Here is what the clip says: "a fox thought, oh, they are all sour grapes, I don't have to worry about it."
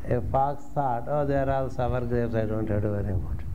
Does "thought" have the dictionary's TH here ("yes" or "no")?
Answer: no